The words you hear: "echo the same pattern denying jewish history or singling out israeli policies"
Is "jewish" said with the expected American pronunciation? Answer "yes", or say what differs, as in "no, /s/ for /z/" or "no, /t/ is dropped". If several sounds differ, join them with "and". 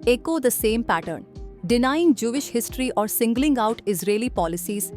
yes